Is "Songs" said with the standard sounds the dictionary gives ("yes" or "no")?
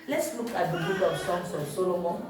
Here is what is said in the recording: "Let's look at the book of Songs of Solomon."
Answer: no